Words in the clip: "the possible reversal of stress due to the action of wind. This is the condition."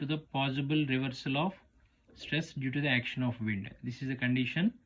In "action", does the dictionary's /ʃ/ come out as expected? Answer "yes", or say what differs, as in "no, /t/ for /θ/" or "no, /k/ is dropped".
yes